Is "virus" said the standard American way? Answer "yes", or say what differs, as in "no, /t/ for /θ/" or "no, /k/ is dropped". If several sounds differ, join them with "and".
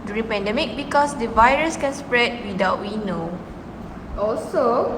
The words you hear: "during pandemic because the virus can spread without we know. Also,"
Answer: yes